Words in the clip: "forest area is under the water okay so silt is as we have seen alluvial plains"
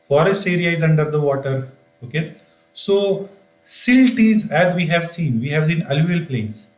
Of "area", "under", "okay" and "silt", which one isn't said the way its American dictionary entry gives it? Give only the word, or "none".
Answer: none